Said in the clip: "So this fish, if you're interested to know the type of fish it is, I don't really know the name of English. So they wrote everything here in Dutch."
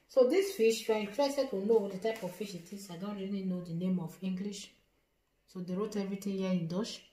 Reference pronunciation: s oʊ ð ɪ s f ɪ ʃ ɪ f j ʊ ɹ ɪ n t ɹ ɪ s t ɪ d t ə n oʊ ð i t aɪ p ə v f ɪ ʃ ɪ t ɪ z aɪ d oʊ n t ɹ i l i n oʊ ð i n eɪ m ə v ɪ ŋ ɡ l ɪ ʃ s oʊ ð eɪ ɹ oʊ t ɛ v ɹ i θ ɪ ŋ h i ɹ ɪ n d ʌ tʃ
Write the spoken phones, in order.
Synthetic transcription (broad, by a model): s oʊ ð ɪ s f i ʃ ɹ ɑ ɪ t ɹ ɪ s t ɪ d t ə n oʊ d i t aɪ p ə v f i ʃ ɪ t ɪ s aɪ d oʊ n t ɹ i l i n oʊ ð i n eɪ m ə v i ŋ ɡ l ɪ ʃ s oʊ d eɪ ɹ oʊ t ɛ v ɹ i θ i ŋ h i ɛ ɪ n d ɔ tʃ